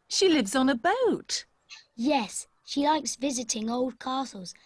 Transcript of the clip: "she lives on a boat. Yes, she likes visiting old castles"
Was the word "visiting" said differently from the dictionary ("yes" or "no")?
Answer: no